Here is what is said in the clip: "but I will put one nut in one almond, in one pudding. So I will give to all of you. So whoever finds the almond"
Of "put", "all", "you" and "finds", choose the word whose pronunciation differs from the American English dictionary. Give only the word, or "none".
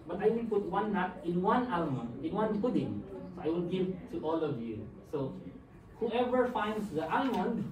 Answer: finds